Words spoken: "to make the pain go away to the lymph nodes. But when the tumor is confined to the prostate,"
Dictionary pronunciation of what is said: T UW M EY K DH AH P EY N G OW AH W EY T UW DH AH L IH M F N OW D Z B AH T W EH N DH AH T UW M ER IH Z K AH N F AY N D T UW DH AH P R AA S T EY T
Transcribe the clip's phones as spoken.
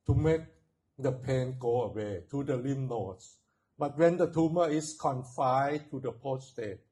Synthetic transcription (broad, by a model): T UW M EY K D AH P EY N G OW AH W EY T UW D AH L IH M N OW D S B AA T W EH N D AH T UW M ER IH S K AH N F AY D T UW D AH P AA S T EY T